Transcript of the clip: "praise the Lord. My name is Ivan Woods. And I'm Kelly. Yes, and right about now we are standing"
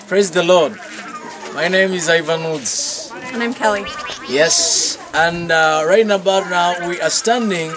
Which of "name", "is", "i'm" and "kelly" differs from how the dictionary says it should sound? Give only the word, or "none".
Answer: none